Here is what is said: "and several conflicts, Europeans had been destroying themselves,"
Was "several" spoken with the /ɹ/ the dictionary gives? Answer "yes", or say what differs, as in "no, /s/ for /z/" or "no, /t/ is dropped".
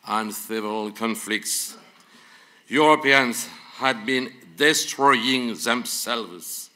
no, /ɹ/ is dropped